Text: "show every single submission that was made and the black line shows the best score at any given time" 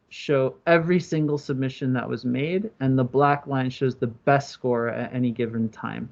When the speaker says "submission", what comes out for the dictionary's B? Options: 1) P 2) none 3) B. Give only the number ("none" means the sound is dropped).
3